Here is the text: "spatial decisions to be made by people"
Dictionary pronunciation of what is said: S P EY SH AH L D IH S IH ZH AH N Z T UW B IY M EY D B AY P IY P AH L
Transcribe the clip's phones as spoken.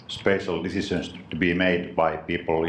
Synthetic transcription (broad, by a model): S P EY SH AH L D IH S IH S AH N S T UW B IY M EY D B AY P IY P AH L